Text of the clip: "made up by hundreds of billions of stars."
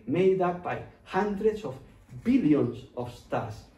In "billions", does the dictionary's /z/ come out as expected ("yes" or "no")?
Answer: no